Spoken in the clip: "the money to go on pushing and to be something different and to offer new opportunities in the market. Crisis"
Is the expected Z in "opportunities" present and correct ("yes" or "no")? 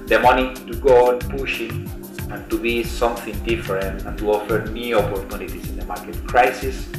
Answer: no